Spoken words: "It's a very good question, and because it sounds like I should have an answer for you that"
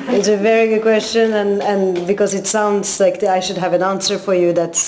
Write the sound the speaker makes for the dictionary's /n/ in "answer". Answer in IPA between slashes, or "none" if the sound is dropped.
/n/